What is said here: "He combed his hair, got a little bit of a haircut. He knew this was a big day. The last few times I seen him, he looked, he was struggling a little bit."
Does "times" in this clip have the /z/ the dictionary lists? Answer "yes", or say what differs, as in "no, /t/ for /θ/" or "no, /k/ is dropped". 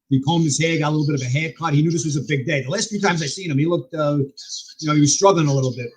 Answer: yes